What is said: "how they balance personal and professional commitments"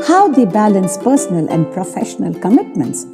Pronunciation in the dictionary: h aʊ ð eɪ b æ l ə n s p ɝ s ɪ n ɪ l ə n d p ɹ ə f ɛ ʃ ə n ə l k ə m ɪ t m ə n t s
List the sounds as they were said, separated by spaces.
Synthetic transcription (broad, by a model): h aʊ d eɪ b æ l ə n s p ɝ s ɪ n ɪ l ə n d p ɹ ə f ɛ ʃ ə n ə l k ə m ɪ t m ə n t s